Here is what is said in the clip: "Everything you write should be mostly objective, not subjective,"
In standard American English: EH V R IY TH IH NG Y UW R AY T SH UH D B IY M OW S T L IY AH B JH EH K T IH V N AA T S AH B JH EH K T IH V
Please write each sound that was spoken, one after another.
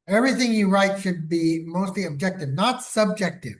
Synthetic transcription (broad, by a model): EH V R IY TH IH NG Y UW R AY T SH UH D B IY M OW S T L IY AH B JH EH K T IH V N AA T S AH B JH EH K T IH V